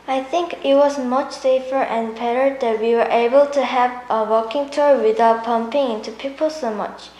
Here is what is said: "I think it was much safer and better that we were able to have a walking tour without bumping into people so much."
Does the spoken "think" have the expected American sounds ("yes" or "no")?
yes